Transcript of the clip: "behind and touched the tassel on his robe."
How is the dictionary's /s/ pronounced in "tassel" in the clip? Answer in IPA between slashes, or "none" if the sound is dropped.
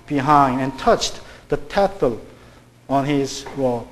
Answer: /θ/